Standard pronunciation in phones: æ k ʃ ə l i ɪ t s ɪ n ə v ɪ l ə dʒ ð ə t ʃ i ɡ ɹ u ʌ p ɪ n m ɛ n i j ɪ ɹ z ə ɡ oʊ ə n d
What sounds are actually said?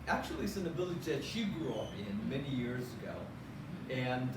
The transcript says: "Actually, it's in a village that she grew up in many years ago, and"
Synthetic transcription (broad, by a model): æ k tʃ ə l i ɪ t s ɪ n ə b ɪ l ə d ð ə t ʃ i ɡ ɹ u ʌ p ɪ n m ɛ n i j ɪ ɹ z ə ɡ oʊ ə n